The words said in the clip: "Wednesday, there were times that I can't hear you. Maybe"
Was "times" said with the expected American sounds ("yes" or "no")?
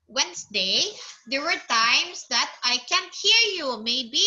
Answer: no